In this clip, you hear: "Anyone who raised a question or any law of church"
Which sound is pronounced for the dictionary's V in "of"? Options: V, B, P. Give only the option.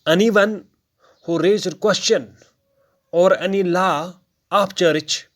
P